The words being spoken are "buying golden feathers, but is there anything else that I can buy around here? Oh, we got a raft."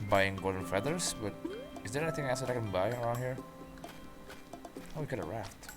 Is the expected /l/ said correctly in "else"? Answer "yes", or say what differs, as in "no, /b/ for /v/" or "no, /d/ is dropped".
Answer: no, /l/ is dropped